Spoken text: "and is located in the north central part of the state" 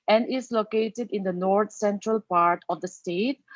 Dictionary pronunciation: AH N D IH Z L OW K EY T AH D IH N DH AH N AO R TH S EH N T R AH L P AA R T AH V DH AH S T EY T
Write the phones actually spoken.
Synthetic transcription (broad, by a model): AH N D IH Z L OW K EY T AH D IH N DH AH N AO R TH S EH N T R AH L P AA R T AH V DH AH S T EY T